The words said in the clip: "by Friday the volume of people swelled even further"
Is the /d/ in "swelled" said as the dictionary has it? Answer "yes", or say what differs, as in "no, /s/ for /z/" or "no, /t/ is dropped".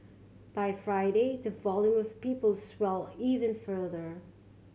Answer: no, /d/ is dropped